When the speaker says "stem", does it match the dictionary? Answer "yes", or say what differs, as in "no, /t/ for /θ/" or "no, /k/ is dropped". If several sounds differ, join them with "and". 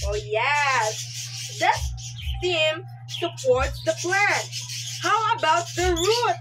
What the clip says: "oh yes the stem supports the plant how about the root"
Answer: no, /s/ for /t/